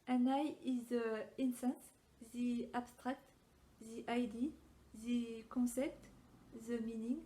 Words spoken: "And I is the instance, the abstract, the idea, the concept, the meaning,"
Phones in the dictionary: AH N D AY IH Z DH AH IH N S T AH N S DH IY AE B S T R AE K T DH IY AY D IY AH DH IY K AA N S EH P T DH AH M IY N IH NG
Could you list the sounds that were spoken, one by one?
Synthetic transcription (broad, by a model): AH N AY IH Z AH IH N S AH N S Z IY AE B S T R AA K T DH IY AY D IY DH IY K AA S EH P T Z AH M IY N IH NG